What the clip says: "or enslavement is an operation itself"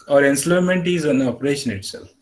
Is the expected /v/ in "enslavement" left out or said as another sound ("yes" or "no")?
yes